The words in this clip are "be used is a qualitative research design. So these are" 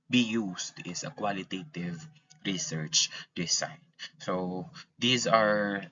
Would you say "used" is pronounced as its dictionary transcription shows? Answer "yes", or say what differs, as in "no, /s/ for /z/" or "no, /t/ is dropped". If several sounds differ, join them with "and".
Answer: no, /s/ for /z/